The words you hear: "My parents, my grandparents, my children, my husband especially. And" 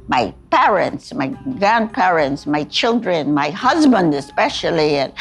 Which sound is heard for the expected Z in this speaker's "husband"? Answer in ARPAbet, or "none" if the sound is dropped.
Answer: Z